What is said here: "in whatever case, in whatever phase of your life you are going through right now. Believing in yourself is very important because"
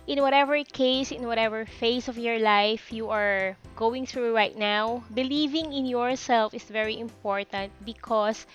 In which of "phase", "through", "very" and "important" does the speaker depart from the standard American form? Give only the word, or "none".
phase